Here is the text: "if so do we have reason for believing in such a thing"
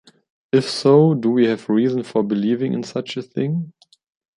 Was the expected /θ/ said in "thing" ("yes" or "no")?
yes